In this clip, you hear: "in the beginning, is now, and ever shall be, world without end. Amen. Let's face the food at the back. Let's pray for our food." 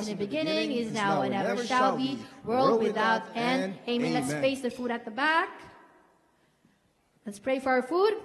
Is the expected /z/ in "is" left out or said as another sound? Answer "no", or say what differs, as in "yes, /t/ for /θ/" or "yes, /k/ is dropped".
no